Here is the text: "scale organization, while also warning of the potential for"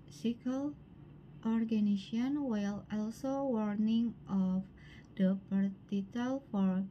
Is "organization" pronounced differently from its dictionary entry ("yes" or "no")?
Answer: yes